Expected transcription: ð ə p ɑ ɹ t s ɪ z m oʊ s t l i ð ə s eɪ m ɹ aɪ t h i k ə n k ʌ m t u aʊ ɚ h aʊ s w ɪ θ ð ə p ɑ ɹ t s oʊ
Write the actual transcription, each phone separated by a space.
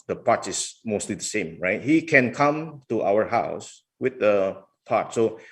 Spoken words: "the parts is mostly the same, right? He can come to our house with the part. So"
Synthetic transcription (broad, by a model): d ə p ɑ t ɪ s m oʊ s t l i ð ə s eɪ m ɹ aɪ t h i k ə n k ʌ m t u aʊ ɚ h aʊ s w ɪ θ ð ə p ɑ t s oʊ